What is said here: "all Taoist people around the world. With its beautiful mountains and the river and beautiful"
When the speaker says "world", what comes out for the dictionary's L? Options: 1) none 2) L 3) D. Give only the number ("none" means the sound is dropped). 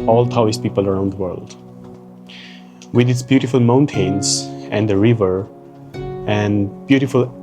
2